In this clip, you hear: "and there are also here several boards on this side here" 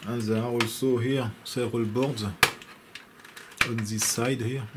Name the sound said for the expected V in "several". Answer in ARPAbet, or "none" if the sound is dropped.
none